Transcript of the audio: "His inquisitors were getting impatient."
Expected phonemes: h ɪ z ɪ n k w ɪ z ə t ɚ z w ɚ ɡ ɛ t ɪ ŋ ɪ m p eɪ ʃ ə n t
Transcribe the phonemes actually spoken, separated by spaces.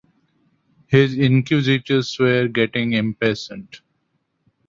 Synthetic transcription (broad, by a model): h ɪ z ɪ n k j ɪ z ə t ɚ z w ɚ ɡ ɛ t ɪ ŋ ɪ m p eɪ s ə n t